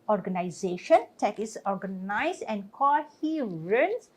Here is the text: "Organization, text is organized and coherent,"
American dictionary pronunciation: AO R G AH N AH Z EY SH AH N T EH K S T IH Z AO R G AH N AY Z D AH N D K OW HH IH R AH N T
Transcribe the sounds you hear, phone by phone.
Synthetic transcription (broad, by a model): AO R G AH N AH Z EY SH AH N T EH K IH S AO R G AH N AY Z AH N D K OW HH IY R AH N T